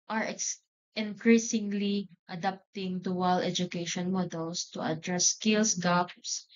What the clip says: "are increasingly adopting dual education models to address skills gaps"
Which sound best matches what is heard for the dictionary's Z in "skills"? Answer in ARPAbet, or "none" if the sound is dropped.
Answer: S